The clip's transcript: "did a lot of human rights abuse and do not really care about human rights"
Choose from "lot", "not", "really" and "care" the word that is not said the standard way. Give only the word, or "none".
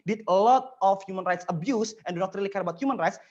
none